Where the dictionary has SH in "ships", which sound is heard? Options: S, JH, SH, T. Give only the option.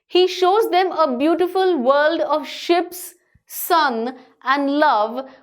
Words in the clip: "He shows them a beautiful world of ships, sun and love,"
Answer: SH